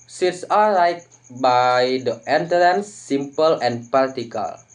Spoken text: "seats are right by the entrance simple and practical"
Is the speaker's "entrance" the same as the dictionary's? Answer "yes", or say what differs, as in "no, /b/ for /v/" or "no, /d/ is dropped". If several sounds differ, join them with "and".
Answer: no, /ɹ/ is dropped